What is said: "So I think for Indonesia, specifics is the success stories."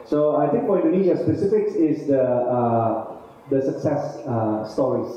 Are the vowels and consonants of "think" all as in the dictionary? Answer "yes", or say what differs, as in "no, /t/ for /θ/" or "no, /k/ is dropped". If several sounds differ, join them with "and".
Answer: no, /t/ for /θ/